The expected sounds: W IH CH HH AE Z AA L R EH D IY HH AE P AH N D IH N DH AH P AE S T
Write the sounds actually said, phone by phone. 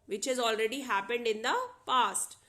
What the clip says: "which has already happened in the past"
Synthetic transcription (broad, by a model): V IH CH HH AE Z AA L R EH D IY HH AE P AH N D IH N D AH P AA S T